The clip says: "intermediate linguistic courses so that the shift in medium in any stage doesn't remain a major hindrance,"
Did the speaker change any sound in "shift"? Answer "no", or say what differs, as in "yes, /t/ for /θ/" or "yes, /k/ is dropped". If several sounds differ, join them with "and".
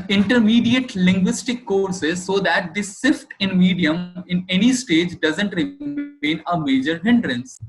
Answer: yes, /s/ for /ʃ/